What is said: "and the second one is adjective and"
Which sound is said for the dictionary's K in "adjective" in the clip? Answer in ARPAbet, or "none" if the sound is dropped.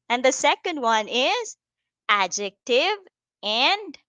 K